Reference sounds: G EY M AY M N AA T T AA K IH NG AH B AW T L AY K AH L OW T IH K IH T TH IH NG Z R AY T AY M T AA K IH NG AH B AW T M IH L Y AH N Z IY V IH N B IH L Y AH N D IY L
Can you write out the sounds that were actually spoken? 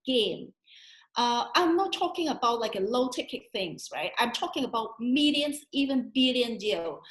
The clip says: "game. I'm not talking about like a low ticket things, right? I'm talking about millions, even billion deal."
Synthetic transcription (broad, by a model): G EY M AY M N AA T T AA K IH NG AH B AW T L AY K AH L OW T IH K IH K TH IH NG Z R AY T AY M T AA K IH NG AH B AW T M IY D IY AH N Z IY V IH N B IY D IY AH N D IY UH